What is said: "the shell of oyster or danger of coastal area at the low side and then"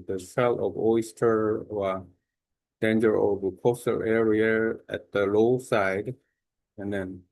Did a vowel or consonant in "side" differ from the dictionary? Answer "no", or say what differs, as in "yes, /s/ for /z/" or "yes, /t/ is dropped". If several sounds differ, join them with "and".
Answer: no